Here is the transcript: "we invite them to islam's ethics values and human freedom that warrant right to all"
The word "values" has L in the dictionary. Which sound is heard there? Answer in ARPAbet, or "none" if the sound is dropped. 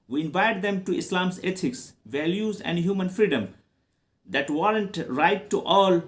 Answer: L